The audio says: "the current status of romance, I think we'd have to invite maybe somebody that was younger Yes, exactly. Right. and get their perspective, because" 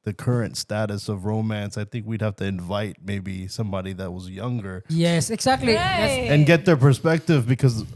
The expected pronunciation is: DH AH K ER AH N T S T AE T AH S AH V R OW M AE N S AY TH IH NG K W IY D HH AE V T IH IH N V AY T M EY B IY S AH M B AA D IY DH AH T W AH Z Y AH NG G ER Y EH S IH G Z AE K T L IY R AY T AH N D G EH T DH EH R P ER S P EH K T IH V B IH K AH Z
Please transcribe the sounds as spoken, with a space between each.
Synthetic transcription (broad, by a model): DH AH K ER AH N T S T AE T AH S AH V R OW M AE N S AY TH IH NG K W IY D HH AE F T IH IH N V AY T M EY B IY S AH M B AA D IY DH AH T W AH Z Y AH NG G ER Y EH S IH G Z AE K T L IY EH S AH N G EH T DH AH R P ER S P EH K T IH V B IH K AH Z